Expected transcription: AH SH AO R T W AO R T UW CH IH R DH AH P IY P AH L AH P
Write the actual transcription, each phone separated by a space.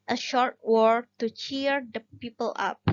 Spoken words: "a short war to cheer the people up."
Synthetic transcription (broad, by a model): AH SH AO R T W AO R T UW CH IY R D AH P IY P AH L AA P